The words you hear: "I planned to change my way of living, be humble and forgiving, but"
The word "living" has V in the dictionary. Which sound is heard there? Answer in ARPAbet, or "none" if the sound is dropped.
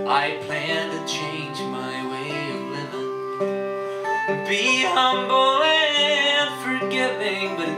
none